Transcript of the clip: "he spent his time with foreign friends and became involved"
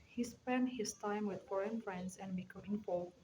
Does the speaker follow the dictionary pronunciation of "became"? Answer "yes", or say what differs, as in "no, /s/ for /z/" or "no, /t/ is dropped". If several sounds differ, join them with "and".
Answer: no, /m/ is dropped